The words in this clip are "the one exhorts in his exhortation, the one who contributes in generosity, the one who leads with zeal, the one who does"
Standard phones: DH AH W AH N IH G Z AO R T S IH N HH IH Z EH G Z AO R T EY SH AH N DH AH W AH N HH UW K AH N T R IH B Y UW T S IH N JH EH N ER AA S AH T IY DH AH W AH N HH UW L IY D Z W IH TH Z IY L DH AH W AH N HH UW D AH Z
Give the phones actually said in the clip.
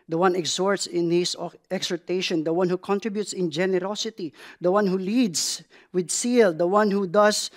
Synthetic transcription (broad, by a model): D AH W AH N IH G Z AO R T S IH N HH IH S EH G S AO R T EY SH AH N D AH W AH N HH UW K AH N T R IH B Y UW T S IH N JH EH N ER AA S AH T IY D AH W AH N HH UW L IY D S W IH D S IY L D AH W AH N HH UW D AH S